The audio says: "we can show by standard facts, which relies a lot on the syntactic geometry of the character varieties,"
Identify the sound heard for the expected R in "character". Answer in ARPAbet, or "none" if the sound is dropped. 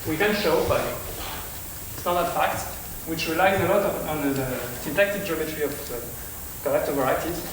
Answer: L